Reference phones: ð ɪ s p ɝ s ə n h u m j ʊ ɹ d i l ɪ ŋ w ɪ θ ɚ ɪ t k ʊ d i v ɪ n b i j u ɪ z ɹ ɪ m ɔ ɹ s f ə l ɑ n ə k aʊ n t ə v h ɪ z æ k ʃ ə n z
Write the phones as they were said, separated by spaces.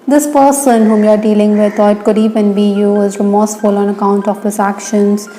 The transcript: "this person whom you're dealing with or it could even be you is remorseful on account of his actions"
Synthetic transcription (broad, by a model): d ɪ s p ɝ s ə n h u m j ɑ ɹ d i l ɪ ŋ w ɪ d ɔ ɪ t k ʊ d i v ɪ n b i j u ɪ z ɹ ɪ m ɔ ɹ s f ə l ɑ n ə k aʊ n t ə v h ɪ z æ k ʃ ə n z